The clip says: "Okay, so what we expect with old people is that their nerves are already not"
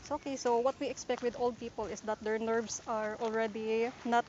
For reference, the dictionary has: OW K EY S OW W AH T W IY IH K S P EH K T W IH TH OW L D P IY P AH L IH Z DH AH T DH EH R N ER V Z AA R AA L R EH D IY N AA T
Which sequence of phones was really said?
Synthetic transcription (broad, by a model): OW K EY S OW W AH T W IY IH K S P EH K T W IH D OW L D P IY P AH L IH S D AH T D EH R N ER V S AA R AA L R EH D IY N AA T